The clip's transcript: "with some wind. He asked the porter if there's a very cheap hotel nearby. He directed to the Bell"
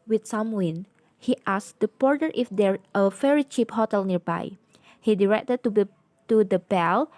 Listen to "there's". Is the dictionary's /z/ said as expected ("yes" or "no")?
no